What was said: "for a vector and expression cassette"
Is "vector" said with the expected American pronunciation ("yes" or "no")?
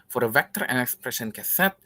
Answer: yes